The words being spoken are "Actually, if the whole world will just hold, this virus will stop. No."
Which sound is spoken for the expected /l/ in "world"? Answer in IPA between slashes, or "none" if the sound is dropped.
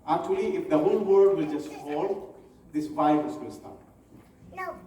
none